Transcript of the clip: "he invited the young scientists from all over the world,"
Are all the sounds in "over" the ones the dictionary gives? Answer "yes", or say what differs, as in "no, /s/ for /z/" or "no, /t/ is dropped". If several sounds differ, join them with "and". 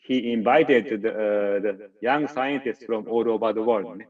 no, /p/ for /v/